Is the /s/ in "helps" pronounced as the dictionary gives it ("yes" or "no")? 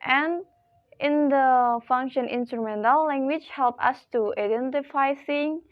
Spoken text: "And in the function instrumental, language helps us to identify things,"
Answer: no